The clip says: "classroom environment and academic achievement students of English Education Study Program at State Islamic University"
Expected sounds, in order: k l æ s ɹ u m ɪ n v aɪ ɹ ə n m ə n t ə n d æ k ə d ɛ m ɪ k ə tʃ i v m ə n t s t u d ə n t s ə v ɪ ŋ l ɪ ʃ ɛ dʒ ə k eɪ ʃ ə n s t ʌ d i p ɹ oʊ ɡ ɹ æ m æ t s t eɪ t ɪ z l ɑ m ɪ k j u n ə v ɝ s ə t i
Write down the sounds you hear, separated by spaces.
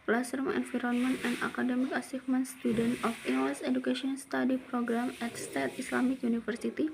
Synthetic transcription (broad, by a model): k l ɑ s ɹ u m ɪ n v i ɹ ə n m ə n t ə n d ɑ k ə d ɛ m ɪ k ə s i f m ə n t s t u d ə n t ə f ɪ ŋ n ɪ s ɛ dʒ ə k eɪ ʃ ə n s t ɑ d i p ɹ oʊ ɡ ɹ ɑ m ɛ t s t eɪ t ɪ s l ɑ m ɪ k j u n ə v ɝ s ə t i